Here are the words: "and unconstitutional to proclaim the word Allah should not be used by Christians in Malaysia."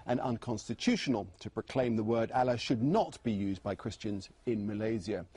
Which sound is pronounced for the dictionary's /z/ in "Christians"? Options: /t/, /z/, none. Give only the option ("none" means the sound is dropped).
/z/